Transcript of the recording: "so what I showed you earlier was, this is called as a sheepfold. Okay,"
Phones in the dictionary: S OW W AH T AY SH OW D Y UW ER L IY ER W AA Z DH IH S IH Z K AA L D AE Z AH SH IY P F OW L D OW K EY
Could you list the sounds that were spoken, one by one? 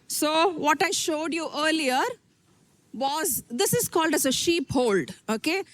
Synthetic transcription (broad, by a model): S OW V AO T AY SH OW D Y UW ER L IY ER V AA Z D IH S IH Z K AA L D AE Z AH SH IY P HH OW L D OW K EY